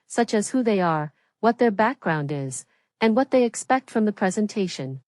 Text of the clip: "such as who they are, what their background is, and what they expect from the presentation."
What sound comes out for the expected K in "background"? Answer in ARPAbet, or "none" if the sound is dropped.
K